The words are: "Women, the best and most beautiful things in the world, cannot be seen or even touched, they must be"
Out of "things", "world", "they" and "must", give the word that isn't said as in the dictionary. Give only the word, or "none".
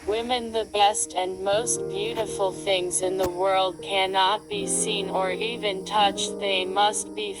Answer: none